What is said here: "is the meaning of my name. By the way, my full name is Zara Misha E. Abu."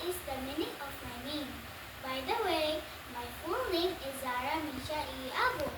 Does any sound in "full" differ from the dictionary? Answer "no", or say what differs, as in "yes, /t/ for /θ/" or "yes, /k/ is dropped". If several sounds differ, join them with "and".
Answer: yes, /n/ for /l/